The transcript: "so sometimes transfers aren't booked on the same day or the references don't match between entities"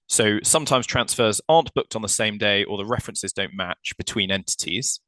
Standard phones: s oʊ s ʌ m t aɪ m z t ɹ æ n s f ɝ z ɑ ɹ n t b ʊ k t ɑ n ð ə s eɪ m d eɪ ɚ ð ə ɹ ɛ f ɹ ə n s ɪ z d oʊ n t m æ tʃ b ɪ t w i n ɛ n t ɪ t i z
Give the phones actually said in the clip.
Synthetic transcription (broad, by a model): s oʊ s ʌ m t aɪ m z t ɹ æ n s f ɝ z ɑ n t b ʊ k t n ð ə s eɪ m d eɪ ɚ ð ə ɹ ɛ f ɹ ə n s ɪ z d oʊ n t m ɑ tʃ b ɪ t w i n ɛ n t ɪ t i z